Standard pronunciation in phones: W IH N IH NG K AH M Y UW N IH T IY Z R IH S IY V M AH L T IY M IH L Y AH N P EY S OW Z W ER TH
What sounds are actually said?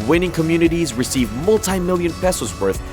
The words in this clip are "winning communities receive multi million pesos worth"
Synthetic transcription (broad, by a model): W IH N IH NG K AH M Y UW N IH T IY Z R IH S IY V M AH L T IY M IH L Y AH N P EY S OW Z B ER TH